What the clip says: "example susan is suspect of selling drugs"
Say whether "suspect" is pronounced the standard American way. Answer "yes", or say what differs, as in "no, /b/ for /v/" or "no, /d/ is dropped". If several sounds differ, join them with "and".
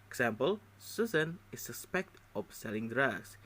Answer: yes